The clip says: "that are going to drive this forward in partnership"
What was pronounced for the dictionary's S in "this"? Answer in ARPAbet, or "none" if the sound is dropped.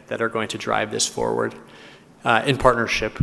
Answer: S